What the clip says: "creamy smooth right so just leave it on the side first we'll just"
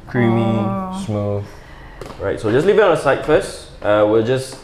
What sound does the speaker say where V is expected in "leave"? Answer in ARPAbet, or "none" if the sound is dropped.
V